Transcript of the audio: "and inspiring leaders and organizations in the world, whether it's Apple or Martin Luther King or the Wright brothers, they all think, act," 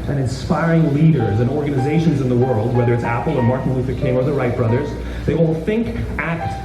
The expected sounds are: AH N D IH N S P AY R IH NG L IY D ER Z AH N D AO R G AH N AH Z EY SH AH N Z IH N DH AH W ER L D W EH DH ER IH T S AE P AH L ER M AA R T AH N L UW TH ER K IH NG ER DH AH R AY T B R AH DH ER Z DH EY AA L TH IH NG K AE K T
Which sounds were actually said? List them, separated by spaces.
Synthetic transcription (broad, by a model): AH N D IH N S P AY R IH NG L IY D ER Z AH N AO R G AH N AH Z EY SH AH N Z IH N DH AH W ER L D W EH DH ER IH T S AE P L ER M AA R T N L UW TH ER K IH NG ER DH AH R AY T B R AH DH ER Z DH EY AA L TH IH NG K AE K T